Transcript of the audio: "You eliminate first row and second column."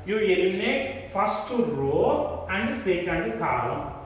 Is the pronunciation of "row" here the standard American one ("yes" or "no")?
yes